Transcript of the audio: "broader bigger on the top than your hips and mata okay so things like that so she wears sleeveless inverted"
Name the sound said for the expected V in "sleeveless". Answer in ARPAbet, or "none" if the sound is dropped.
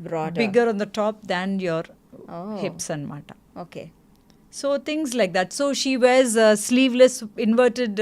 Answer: V